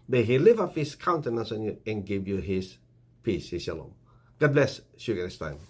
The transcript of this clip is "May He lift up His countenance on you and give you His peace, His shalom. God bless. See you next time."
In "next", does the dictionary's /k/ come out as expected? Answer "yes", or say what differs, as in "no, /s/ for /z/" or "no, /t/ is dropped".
no, /k/ is dropped